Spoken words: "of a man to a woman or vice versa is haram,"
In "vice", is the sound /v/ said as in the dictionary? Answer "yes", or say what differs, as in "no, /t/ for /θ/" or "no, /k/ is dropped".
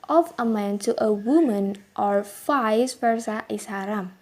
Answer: no, /f/ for /v/